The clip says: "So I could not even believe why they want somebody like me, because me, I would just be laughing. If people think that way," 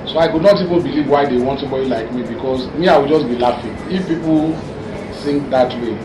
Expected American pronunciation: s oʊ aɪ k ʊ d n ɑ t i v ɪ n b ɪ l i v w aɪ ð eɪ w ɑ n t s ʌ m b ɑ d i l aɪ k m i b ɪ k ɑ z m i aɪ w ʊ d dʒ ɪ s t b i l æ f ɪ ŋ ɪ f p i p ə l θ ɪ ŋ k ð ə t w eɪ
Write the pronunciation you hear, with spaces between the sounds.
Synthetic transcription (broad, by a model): s oʊ aɪ k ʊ d n ɑ t i v ɪ n b ɪ l i v w aɪ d eɪ w ɑ n t s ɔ m b ɑ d i l aɪ k m i b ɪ k ɑ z m i aɪ w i dʒ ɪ s b i l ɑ f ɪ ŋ ɪ f p i p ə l s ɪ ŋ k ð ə t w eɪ